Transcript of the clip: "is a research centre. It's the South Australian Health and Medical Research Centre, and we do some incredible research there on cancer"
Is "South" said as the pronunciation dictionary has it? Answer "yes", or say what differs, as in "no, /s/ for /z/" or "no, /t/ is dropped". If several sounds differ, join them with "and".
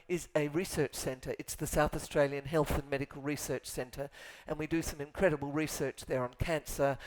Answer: yes